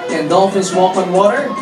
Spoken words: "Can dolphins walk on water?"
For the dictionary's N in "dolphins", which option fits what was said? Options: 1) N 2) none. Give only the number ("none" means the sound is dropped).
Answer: 2